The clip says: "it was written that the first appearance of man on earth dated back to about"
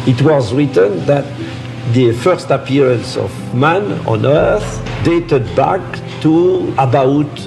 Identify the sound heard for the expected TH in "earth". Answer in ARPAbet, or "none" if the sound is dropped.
TH